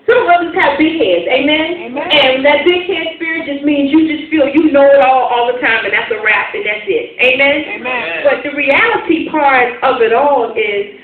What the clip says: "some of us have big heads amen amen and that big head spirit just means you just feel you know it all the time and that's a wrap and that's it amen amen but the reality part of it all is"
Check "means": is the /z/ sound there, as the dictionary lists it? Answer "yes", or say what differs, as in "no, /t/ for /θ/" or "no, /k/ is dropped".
yes